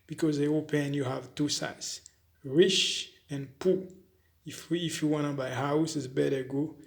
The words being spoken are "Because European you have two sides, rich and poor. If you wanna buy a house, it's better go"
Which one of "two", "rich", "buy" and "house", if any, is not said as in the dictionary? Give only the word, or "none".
rich